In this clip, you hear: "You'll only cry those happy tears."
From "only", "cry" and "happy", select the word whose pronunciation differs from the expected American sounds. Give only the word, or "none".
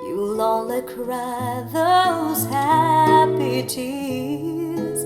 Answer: only